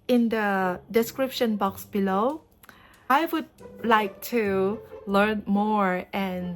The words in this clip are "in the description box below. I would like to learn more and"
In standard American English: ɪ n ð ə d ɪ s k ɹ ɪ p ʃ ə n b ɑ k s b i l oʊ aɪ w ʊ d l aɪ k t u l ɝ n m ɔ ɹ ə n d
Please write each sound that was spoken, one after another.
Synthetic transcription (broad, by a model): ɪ n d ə d ɪ s k ɹ ɪ p ʃ ə n b ɑ k s b i l oʊ aɪ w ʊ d l aɪ k t u l ɝ n m ɔ ɹ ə n